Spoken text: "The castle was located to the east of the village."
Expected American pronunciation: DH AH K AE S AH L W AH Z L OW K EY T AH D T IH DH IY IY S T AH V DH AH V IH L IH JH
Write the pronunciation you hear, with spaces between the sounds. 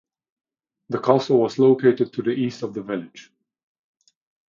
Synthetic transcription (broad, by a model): DH AH K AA S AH L W AH Z L OW K EY T AH D T IH DH IY IY S T AH V DH AH V IH L IH JH